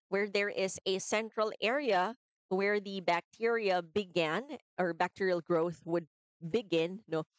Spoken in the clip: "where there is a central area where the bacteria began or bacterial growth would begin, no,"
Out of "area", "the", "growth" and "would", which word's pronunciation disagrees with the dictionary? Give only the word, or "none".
none